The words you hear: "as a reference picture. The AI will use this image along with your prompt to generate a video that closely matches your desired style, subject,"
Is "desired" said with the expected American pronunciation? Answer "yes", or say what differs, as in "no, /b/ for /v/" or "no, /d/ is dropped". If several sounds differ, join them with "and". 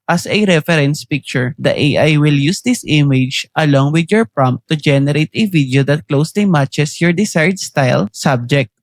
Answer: no, /s/ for /z/